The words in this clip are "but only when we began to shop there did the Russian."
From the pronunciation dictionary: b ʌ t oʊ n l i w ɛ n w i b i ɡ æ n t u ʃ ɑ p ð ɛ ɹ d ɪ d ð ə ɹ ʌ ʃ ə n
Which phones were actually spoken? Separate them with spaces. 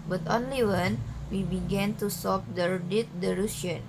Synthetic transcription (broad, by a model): b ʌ t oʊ n l i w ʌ n w i b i ɡ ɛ n t u s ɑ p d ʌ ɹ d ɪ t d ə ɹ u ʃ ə n